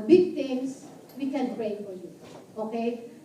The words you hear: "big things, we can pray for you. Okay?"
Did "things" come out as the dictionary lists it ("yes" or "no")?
no